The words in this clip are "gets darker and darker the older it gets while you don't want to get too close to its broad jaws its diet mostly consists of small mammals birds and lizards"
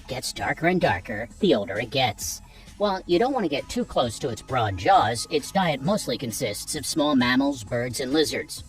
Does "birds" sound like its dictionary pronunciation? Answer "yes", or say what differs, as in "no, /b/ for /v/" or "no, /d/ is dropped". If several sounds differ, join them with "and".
yes